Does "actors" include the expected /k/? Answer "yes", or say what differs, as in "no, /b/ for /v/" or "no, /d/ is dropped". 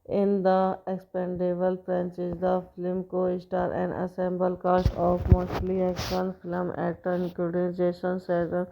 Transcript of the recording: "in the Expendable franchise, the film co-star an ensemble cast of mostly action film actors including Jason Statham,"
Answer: no, /k/ is dropped